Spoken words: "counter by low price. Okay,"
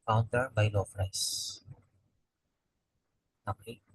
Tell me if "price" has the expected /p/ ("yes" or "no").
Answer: no